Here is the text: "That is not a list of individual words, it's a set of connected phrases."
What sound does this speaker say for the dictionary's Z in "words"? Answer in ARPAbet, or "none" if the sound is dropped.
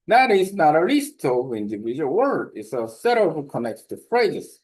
none